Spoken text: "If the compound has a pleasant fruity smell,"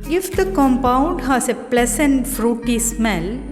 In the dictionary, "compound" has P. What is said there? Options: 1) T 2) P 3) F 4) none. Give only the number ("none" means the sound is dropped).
2